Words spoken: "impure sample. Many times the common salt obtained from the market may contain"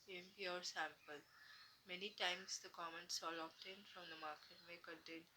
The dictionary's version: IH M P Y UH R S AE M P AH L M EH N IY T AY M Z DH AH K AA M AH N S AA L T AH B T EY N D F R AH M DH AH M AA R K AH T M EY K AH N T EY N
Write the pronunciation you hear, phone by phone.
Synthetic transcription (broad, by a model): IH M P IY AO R S AE M P AH L M EH N IY T AY M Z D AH K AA M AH N S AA L AH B T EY N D F R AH M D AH M AA R K AH T M EY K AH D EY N